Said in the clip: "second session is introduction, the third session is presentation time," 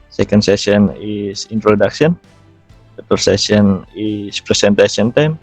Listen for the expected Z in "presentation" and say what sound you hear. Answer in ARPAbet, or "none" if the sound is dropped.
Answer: S